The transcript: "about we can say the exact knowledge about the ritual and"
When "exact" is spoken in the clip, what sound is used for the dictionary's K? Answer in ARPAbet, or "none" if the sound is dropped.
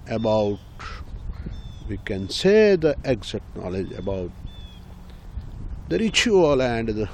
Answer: none